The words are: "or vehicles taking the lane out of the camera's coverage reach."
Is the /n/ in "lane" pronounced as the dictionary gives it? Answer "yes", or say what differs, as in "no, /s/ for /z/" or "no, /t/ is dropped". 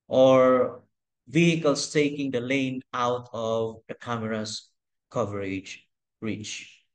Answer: yes